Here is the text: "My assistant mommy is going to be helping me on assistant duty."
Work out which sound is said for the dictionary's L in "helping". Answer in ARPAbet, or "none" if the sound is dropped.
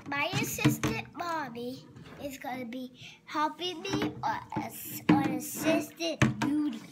none